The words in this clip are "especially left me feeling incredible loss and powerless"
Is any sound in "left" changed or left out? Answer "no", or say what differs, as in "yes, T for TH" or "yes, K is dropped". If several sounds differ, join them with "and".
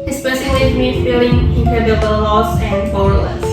yes, F is dropped